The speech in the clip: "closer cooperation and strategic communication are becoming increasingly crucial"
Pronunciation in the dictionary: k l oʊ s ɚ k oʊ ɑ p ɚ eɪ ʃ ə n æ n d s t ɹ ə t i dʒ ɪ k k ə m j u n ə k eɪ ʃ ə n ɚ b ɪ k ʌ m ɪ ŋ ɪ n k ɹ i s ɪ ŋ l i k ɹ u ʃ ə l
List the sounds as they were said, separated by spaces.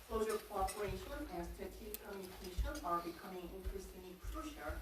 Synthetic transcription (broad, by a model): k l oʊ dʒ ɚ k oʊ ɑ p ɚ eɪ ʃ ə n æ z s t ə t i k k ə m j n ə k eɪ ʃ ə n ɚ b ɪ k ʌ m ɪ ŋ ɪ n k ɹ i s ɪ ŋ i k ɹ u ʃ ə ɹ